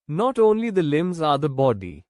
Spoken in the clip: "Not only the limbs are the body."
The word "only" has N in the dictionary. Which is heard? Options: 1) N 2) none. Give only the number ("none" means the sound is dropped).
1